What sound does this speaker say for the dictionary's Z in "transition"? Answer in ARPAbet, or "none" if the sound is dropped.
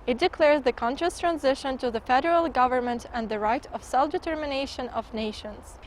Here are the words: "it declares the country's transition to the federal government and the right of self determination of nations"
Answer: Z